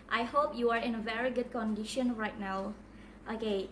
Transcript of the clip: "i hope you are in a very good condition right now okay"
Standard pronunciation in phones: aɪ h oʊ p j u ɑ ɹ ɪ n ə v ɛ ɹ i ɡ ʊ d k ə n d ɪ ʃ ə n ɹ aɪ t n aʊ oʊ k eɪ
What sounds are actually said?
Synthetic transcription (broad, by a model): aɪ h oʊ p j u ɑ ɹ ɪ n ə v ɛ ɹ i ɡ ʊ d k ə n d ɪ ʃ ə n ɹ aɪ t n aʊ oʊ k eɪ